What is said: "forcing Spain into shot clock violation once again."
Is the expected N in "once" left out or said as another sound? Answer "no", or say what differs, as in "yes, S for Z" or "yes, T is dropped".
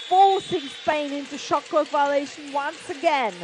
no